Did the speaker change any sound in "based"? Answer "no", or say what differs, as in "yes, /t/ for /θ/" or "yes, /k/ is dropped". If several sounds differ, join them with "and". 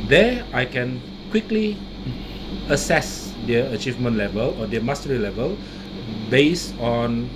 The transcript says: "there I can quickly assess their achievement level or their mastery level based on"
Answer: yes, /t/ is dropped